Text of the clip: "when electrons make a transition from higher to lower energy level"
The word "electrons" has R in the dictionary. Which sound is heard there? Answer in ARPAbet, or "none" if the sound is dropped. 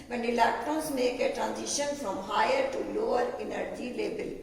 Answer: none